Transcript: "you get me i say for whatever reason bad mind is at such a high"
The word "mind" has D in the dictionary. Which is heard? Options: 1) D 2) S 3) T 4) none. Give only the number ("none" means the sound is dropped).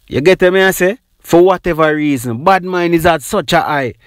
4